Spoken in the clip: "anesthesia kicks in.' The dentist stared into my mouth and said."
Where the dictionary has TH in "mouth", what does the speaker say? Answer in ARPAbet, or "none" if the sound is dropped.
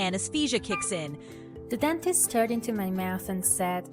TH